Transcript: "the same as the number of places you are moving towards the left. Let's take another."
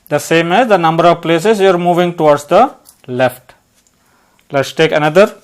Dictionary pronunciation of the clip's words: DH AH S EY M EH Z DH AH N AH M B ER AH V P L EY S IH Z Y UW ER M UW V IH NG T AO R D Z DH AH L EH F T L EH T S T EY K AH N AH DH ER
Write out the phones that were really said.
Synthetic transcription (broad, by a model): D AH S EY M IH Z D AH N AH M B ER AH V P L EY S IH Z Y UW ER M UW V IH NG T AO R D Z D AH L EH F T L EH T S T EY K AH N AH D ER